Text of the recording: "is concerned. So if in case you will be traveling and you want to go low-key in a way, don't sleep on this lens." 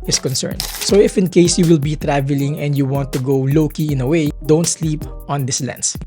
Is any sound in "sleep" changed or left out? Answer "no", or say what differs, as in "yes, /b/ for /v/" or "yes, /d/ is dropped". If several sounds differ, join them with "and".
no